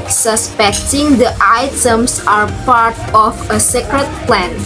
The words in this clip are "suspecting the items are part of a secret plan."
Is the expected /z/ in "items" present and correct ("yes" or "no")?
no